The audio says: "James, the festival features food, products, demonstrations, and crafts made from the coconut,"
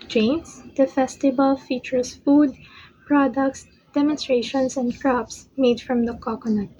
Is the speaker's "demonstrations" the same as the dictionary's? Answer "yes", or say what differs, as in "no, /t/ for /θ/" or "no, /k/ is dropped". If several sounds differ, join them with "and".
no, /s/ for /z/